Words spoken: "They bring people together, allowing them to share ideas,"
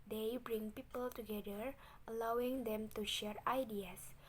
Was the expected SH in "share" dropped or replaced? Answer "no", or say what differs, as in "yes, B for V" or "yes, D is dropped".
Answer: no